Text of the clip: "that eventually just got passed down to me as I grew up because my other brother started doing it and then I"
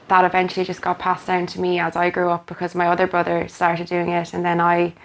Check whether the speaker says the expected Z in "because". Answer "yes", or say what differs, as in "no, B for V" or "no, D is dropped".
yes